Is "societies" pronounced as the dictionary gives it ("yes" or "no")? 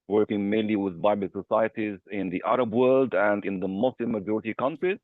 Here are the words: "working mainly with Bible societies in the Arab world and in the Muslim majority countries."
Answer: yes